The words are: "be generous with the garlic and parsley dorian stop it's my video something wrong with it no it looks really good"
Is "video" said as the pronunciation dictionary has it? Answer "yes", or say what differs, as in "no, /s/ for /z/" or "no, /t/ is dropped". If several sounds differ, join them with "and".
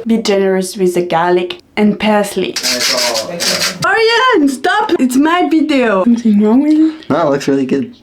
no, /b/ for /v/